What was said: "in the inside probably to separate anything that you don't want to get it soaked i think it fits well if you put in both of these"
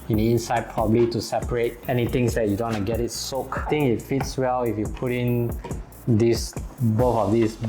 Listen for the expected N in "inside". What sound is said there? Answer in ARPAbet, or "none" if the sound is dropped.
N